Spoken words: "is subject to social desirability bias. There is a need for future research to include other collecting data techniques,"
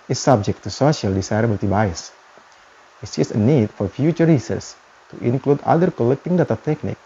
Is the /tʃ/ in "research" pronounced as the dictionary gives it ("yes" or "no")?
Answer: no